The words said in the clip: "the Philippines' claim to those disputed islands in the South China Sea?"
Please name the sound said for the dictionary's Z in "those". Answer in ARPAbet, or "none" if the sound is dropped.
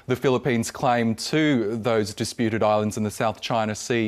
Z